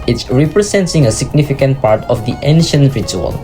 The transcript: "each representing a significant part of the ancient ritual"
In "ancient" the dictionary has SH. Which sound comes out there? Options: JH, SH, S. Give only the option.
SH